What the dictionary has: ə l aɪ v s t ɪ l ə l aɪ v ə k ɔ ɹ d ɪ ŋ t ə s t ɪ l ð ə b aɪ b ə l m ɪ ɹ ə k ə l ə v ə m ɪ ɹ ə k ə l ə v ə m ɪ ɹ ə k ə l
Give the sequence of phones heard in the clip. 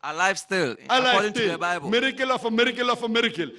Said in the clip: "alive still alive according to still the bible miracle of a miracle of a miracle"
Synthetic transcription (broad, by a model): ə l aɪ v s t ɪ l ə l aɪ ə ɔ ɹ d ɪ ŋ t ə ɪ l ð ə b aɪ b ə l m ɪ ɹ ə k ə l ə f ə m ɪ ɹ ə k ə l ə f ə m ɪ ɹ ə k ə l